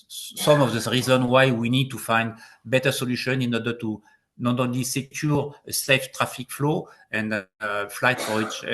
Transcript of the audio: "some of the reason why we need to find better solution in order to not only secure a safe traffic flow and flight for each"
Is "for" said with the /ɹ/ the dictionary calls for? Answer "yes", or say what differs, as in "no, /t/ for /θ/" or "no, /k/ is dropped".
no, /w/ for /ɹ/